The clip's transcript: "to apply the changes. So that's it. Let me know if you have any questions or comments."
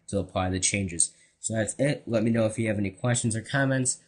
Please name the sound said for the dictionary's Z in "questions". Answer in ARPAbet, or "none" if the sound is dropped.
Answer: Z